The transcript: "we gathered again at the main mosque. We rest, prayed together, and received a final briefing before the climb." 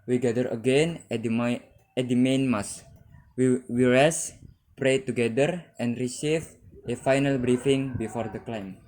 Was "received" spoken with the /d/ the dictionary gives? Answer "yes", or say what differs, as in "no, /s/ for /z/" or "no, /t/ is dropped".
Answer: no, /d/ is dropped